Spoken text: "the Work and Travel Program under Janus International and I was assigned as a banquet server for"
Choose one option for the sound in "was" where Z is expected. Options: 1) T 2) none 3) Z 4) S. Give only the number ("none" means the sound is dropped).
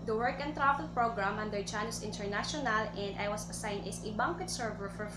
4